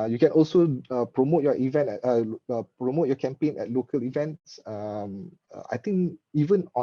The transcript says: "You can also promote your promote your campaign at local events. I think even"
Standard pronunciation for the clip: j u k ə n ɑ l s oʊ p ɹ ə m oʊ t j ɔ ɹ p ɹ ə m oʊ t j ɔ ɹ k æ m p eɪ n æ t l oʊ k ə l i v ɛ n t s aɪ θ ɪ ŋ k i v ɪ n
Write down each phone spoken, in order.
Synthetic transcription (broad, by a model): j u k ə n ɑ l s oʊ p ɹ ə m oʊ t j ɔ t p ɹ ə m oʊ t j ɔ k æ m p eɪ n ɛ t l oʊ k ə l i v ɛ n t s aɪ t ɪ ŋ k i v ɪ n